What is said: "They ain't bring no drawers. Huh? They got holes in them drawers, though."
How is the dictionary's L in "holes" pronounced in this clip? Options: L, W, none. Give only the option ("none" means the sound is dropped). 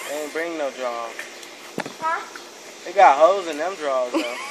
none